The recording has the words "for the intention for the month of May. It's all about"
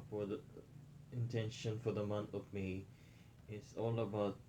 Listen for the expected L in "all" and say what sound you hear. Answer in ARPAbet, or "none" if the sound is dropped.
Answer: L